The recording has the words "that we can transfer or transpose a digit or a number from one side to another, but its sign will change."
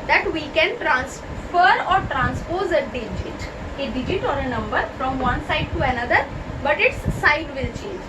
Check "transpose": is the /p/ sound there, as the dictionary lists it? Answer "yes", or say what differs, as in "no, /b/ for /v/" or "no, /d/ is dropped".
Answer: yes